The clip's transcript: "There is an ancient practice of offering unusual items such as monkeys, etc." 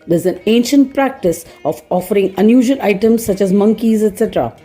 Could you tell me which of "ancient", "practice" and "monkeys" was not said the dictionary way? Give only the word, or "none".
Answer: none